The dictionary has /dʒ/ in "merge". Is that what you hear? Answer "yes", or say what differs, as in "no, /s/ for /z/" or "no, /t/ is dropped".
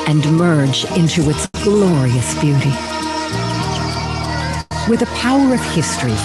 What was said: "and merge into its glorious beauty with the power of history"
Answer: yes